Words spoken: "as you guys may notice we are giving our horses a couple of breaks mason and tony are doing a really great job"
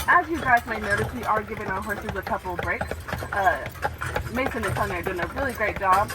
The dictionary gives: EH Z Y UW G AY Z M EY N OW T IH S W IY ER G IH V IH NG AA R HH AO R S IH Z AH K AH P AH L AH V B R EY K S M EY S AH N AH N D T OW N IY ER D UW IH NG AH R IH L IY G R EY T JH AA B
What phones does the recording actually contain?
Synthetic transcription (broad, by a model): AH Z Y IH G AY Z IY N OW T IH S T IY ER G IH V IH NG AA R HH AO R S IH Z AH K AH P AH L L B R EY K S M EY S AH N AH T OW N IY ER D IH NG AH R IH L IY G R EY T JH AA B